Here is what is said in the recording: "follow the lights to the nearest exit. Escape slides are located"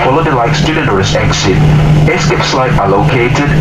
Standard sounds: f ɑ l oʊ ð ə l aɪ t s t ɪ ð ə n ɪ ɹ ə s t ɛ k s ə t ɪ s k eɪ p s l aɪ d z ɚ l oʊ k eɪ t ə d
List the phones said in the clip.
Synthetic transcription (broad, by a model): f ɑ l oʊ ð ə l aɪ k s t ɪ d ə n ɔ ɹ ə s ɛ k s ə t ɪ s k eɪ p s l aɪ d ɚ l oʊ k eɪ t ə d